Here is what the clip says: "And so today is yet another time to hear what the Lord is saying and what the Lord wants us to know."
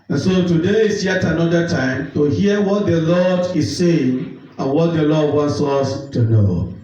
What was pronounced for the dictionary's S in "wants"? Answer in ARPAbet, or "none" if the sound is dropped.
S